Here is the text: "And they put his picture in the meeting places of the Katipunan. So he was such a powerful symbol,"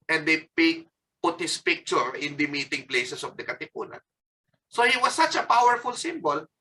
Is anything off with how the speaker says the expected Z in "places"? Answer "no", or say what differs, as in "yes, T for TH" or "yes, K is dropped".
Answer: yes, S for Z